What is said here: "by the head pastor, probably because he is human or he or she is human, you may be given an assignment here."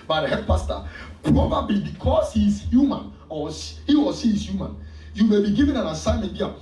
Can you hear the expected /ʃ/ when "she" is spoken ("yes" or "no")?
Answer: no